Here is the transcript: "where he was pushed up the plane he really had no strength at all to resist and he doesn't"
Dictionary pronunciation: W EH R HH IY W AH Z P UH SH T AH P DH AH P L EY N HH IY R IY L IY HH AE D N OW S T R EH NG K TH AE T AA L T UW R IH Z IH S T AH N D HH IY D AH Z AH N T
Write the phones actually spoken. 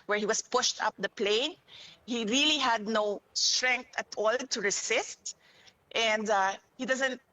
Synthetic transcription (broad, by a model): W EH R HH IY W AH S P UH SH T AH P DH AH P L EY N HH IY R IY L IY HH AE D N OW S T R EH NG K T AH T AA L T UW R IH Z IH S T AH N D HH IY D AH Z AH N T